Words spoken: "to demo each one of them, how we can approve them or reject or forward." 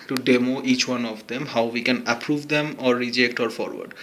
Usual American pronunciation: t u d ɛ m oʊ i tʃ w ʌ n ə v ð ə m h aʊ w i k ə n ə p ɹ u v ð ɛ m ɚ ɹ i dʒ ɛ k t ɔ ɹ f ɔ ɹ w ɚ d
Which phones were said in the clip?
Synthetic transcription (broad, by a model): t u d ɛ m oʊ i tʃ w ʌ n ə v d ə m h aʊ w i k ə n ə p ɹ u v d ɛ m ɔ ɹ i dʒ ɛ k t ɔ ɹ f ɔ ɹ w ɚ d